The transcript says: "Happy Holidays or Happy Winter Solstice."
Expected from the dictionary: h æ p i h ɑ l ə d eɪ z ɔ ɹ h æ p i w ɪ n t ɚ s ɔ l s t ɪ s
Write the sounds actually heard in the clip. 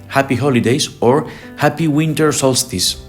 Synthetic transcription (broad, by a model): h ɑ p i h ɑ l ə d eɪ s ɔ ɹ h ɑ p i w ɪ n t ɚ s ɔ l s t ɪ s